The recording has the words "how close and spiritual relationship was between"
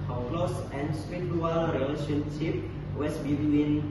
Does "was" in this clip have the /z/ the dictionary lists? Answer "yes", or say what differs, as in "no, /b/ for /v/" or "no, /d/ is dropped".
no, /s/ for /z/